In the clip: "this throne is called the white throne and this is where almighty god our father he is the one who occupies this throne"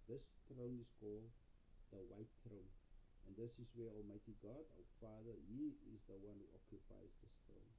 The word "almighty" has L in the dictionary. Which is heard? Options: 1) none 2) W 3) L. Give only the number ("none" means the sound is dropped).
3